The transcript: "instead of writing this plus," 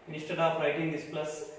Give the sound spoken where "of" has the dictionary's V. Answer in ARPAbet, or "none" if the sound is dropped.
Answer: P